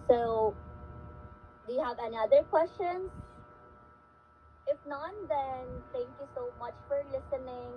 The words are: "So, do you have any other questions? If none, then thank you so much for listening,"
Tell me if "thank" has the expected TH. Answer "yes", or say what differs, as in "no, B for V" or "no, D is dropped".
no, T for TH